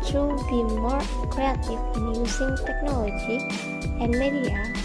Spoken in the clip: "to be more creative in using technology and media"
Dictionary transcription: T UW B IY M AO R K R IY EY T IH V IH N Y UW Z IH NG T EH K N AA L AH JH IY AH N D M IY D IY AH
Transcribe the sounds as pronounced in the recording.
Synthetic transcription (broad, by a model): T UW B IY M AO R K R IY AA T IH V IH N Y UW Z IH NG T EH K N AA L AH JH IY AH N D M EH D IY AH